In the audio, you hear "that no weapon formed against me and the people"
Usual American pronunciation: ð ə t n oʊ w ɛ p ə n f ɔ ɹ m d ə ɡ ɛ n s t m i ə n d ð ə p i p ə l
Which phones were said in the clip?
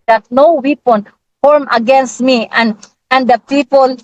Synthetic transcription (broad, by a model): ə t n oʊ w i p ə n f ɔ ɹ m ə ɡ ɛ n s t m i ə n d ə p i p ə l